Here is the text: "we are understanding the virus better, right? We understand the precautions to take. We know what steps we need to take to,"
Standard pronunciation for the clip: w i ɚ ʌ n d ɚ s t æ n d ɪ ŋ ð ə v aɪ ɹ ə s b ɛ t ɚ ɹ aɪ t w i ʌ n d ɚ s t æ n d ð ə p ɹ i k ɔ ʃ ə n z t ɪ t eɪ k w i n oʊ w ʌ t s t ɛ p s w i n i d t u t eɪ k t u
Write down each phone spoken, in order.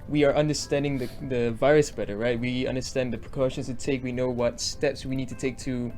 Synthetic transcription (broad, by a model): w i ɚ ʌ n d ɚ s t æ n d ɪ ŋ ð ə v aɪ ɹ ə s b ɛ t ɚ ɹ aɪ t w i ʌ n d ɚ s t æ n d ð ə p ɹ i k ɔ ʃ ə n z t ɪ t eɪ k w i n oʊ w ʌ t s t ɛ p s w i n i d t u t eɪ k t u